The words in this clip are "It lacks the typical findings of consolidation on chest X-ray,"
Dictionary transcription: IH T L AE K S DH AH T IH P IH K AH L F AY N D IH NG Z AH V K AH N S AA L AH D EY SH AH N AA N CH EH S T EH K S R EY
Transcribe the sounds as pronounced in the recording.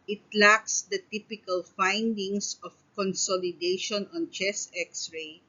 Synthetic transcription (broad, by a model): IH T L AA K S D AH T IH P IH K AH L F AY N D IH NG S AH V K AH N S AA L AH D EY SH AH N AA N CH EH S EH K S R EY